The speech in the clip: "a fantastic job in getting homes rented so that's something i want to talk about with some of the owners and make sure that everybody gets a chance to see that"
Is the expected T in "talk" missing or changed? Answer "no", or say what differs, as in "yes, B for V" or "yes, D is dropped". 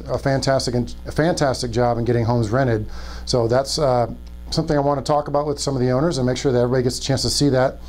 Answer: no